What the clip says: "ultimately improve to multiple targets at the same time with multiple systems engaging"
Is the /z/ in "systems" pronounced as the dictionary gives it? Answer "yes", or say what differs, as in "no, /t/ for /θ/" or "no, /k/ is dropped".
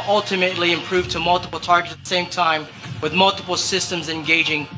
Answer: yes